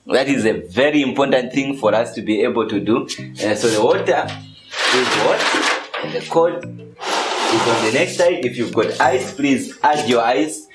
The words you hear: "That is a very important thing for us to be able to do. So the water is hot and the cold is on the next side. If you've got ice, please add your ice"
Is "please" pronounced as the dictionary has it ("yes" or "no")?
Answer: yes